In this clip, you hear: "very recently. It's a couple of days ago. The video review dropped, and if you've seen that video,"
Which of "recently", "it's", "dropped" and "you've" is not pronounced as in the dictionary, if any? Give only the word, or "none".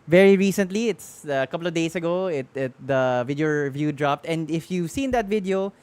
none